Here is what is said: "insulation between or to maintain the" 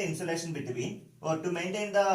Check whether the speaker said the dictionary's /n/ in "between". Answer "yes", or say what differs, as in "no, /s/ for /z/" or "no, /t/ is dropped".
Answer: no, /n/ is dropped